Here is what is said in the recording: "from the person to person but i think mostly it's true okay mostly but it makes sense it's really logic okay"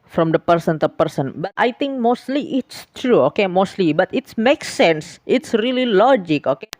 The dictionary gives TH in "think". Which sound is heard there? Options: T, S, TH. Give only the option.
T